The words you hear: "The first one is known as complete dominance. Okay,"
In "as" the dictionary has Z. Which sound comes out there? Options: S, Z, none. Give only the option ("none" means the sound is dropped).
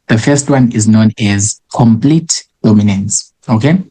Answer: Z